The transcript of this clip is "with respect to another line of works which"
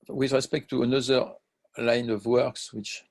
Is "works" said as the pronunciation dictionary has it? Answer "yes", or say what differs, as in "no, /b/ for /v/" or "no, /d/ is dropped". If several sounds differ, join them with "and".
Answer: yes